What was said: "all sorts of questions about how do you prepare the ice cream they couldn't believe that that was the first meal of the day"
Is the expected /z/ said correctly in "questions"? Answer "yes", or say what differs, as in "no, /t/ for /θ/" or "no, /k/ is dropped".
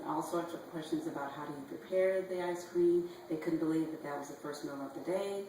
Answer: yes